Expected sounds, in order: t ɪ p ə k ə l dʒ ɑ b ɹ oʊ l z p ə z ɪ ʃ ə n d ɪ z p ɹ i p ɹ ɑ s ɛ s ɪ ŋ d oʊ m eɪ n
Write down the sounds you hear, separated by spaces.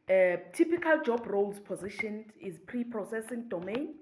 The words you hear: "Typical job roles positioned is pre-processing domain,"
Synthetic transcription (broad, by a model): t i p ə k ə l dʒ ɑ b ɹ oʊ l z p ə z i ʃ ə n ɪ z p ɹ i p ɹ ɑ s ɛ s ɪ ŋ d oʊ m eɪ n